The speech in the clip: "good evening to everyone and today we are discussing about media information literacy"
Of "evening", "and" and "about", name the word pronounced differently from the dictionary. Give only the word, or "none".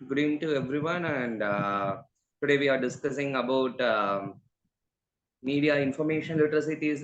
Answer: evening